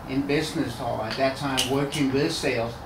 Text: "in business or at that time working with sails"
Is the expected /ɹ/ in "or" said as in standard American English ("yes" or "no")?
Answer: no